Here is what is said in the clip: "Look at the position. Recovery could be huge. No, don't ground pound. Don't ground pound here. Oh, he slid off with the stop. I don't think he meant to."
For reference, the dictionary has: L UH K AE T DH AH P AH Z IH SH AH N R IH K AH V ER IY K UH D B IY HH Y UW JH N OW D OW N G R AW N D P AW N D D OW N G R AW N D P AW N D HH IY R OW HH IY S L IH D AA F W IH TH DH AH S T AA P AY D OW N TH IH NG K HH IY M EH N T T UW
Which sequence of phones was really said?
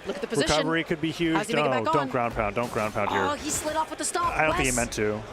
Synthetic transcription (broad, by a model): L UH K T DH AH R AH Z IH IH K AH V ER IY K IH D B IY HH Y UW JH N OW D OW N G R AW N P AW N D D OW N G R AW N P AW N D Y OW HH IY S L IH D AA F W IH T DH AH S T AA AY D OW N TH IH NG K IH M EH N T T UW